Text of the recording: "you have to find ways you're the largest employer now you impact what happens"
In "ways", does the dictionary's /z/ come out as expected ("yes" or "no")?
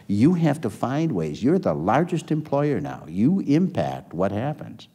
yes